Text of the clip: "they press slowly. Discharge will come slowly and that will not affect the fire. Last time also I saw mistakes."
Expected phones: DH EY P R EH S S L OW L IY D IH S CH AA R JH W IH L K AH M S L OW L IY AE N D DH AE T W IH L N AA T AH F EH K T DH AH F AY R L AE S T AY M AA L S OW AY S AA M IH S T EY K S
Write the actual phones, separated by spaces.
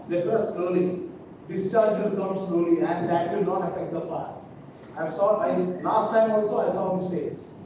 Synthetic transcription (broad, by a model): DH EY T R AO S S L OW L IY D IH S CH AA R JH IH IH K AH M S L OW L IY AE N D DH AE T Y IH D N AA T AH F EH K T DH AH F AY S L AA S T AY M AA L S OW AY S AA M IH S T EY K S